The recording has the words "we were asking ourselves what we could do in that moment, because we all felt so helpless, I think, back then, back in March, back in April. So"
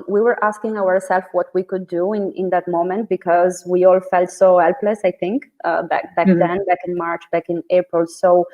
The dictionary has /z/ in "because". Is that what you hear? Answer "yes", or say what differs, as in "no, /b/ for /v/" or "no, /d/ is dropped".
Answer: yes